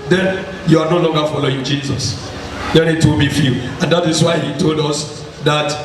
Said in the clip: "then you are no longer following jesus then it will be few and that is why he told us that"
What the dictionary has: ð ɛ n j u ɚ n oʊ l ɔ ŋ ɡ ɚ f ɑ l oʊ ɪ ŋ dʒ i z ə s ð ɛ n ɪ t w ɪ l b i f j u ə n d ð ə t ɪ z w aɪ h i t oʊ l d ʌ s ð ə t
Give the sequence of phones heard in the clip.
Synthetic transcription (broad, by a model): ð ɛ n j u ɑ n oʊ l ɔ ŋ ɡ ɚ f ɑ l oʊ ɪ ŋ dʒ i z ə s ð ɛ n ɪ t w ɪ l b i f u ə n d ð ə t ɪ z w aɪ h i t oʊ l d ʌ s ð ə t